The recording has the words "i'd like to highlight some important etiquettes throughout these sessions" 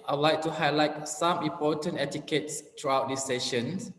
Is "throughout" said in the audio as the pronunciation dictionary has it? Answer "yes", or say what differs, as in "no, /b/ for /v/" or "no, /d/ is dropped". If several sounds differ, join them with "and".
no, /t/ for /θ/